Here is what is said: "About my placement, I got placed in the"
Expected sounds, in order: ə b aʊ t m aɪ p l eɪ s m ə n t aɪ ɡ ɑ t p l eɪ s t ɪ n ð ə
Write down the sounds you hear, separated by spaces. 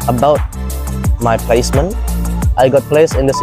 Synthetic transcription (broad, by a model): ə b aʊ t m aɪ p l eɪ s m ə n t aɪ ɡ ɑ t p l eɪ s ɪ n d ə